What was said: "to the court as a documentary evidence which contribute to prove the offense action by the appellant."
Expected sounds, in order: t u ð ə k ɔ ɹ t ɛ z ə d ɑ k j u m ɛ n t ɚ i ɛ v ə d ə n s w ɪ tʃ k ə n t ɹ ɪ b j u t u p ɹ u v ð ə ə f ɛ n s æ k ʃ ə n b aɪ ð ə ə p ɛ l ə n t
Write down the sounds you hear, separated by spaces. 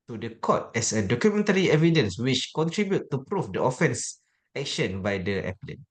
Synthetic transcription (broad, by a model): t u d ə k ɔ t ɛ s ə d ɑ k j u m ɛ n t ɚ i ɛ v ə d ə n s w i tʃ k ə n t ɹ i b j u t u p ɹ u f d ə ə f ɛ n s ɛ k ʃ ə n b aɪ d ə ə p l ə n